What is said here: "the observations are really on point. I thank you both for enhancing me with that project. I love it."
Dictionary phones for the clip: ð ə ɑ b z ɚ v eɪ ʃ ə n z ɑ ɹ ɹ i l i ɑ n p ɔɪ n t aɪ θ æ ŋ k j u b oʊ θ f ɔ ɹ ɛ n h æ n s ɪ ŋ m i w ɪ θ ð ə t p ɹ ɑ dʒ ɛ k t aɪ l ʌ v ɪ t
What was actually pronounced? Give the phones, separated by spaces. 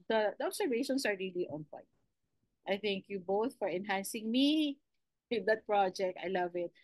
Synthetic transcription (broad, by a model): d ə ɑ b s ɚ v eɪ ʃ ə n s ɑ ɹ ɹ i l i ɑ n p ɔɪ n t aɪ θ æ ŋ k j u b oʊ θ f ɔ ɹ ɛ n h æ n s ɪ ŋ m i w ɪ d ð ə t p ɹ ɑ dʒ ɛ k t aɪ l ʌ v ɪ t